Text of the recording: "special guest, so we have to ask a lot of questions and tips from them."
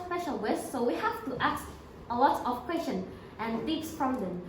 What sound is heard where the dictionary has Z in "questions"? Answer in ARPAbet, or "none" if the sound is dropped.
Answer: none